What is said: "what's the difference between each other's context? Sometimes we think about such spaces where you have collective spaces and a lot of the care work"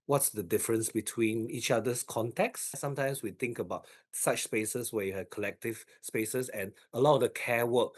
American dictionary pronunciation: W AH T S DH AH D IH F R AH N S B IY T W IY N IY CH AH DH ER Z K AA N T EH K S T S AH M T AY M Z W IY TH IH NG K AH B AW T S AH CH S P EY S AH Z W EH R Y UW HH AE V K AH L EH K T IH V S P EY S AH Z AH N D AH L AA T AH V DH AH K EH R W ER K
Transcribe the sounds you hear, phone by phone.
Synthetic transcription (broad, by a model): W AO T S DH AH D IH F R AH N S B IY T W IY N IY CH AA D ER S K AA N T EH K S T S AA M T AY M S W IY T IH NG K AH B AW T S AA CH S P EY S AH S W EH Y UW HH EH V K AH L EH K T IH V S P EY S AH S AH N AH L AA T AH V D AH K EH W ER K